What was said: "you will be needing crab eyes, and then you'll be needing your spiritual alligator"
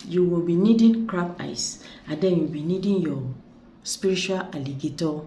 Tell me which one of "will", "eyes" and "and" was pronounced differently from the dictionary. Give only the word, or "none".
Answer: eyes